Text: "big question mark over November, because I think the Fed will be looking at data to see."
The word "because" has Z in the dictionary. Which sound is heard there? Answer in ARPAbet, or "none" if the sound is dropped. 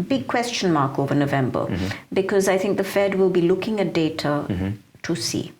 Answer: Z